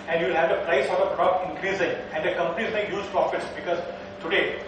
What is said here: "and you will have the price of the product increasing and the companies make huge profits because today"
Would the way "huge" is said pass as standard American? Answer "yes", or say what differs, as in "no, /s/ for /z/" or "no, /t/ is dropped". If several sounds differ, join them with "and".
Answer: no, /z/ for /dʒ/